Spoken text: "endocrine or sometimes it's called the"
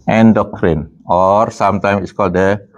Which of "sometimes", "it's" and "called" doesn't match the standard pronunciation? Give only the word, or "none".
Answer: sometimes